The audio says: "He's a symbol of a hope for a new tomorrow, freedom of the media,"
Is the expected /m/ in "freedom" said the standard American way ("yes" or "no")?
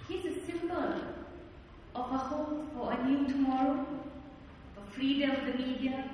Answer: no